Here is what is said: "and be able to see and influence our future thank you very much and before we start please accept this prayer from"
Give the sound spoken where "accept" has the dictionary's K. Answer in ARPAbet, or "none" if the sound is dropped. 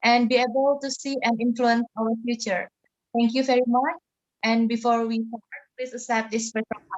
none